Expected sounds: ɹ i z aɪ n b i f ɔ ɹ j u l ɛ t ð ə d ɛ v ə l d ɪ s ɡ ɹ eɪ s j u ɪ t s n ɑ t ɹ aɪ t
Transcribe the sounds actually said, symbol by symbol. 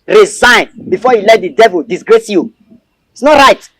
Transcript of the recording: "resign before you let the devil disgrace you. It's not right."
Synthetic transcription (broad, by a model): ɹ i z aɪ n b i f ɔ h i l ɛ t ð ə d ɛ v ə l d ɪ s ɡ ɹ eɪ s j u ɪ t s n ɑ t ɹ aɪ t